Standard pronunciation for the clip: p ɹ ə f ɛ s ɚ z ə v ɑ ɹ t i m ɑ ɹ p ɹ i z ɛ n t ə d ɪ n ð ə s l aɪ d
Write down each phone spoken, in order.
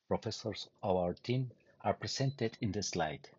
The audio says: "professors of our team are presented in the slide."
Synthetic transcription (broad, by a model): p ɹ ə f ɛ s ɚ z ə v ɑ ɹ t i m ɑ ɹ p ɹ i s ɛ n t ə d ɪ n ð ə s l aɪ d